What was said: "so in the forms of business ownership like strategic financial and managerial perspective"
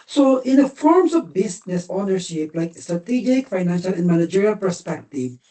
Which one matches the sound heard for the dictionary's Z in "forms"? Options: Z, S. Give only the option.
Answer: Z